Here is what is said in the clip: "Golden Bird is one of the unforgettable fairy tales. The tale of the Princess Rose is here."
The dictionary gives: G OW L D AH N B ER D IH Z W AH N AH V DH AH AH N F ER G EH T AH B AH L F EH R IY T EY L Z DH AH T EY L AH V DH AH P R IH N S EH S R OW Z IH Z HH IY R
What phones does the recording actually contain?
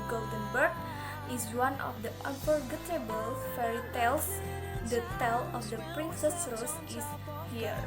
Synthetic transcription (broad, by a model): G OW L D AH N B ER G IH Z W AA N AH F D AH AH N P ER G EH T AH B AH L F EH R IY T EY L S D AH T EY L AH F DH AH P R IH N S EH S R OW S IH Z HH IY R